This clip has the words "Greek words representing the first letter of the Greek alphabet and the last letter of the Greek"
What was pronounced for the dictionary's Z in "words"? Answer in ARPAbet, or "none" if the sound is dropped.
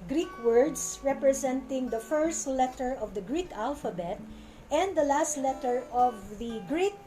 S